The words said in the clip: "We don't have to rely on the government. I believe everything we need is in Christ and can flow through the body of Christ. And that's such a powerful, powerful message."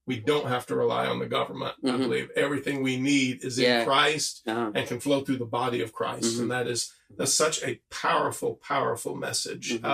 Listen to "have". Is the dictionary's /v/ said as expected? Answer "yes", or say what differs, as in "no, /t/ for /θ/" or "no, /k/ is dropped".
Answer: no, /f/ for /v/